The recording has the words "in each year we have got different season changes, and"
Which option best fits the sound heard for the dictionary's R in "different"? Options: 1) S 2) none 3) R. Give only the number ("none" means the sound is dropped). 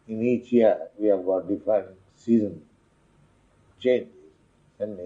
2